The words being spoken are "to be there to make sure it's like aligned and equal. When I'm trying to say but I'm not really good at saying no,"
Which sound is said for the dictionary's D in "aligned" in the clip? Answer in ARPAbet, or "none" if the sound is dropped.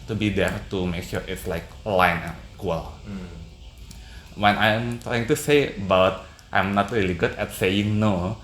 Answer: none